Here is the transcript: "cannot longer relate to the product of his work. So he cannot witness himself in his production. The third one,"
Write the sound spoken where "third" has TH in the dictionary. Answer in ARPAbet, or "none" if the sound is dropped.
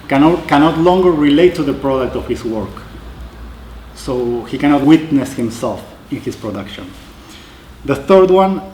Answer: TH